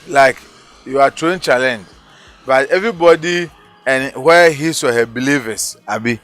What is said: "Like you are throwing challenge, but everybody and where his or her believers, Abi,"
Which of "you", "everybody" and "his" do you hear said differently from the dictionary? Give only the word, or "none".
his